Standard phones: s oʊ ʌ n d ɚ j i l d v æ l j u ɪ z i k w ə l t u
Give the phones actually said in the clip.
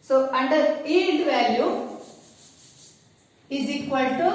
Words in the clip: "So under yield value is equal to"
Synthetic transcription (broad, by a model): s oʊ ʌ n d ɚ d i n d v æ l j u ɪ z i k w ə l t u